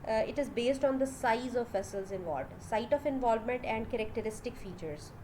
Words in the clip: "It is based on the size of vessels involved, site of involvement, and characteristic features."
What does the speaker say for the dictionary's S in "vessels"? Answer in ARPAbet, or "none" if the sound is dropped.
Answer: S